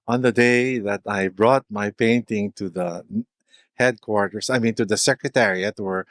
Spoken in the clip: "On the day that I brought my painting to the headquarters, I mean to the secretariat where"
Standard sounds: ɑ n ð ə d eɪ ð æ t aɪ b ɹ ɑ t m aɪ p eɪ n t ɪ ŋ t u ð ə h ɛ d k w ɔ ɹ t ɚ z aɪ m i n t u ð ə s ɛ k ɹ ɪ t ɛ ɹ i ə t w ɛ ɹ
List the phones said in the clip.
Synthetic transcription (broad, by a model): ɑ n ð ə d eɪ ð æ t aɪ b ɹ ɑ t m aɪ p eɪ n t ɪ ŋ t u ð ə h ɛ d k w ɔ ɹ t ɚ s aɪ m i n t u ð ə s ɛ k ɹ ɪ t ɛ ɹ i ə t w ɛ ɹ